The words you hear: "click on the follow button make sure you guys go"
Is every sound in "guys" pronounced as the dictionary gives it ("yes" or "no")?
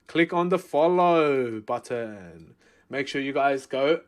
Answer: yes